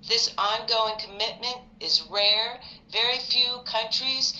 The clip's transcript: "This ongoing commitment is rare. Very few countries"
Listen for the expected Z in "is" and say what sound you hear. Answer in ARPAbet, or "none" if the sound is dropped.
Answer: Z